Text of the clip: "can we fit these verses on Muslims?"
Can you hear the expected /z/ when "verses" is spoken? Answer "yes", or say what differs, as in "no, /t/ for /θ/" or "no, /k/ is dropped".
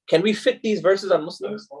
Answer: yes